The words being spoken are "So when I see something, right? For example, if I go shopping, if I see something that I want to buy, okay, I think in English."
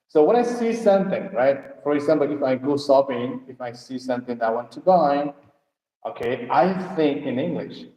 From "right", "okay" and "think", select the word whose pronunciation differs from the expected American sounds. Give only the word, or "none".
none